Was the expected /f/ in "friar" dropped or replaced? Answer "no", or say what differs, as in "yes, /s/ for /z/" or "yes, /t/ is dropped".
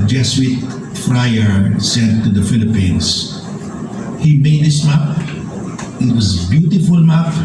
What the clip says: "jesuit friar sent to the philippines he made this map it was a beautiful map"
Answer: no